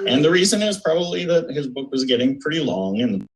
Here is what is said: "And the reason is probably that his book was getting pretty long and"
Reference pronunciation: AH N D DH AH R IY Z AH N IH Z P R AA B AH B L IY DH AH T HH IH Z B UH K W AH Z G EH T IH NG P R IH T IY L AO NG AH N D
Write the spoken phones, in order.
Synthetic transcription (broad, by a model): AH N DH AH R IY Z AH N IH Z P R AA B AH B L IY DH AH T HH IH Z B UH K W AH Z G EH T IH NG P R IH T IY L AO NG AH N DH